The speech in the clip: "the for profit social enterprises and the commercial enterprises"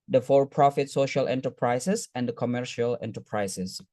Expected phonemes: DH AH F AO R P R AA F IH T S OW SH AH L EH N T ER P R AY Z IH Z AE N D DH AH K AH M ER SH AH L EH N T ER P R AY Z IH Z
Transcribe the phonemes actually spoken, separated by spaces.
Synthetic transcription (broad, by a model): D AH F AO R P R AA F IH T S OW SH AH L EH N T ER P R AY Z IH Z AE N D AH K AH M ER SH AH L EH N T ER P R AY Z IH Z